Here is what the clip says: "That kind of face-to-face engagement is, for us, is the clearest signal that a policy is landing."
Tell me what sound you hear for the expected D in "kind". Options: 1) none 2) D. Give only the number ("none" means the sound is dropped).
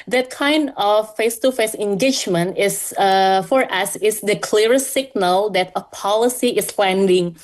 2